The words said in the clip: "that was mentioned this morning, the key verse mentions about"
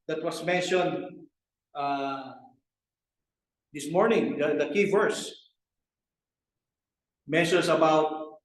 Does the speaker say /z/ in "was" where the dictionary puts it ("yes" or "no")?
no